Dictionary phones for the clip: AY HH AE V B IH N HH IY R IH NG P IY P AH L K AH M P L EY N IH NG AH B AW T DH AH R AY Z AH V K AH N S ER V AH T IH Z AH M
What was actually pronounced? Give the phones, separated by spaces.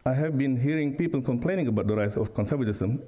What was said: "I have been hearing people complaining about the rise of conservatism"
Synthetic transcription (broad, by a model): AY HH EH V B IH N HH IY R IH NG P IY P AH L K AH M P L EY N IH NG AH B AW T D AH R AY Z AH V K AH N S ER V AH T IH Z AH M